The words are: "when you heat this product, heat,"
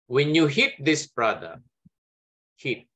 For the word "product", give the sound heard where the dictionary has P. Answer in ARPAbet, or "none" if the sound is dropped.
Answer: B